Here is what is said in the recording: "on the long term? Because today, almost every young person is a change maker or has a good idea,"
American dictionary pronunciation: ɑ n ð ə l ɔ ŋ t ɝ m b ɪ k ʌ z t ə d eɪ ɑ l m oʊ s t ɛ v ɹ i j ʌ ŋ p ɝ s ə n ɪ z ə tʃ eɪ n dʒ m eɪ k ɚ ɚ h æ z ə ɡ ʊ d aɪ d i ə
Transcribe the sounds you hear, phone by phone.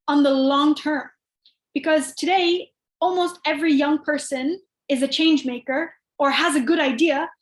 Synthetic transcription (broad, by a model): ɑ n ð ə l ɔ ŋ t ɝ m b ɪ k ʌ z t ə d eɪ ɑ l m oʊ s t ɛ v ɹ i j ʌ ŋ p ɝ s ə n ɪ z ə tʃ eɪ n dʒ m eɪ k ɚ ɚ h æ z ə ɡ ʊ d aɪ d i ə